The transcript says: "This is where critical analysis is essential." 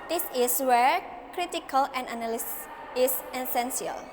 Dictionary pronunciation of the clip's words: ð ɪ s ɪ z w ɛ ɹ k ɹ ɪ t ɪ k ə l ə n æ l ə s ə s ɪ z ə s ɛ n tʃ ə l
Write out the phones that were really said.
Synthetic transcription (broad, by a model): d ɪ s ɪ s w ɛ ɹ k ɹ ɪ t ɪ k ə l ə n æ n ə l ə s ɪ s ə s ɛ n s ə l